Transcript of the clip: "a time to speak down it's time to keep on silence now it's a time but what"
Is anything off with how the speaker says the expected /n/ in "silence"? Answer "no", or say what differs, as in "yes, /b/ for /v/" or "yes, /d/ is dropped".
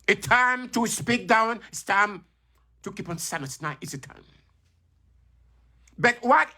yes, /n/ is dropped